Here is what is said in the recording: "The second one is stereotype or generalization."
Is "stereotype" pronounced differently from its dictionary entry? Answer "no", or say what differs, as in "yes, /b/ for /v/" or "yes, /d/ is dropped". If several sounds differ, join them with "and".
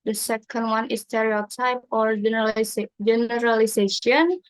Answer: no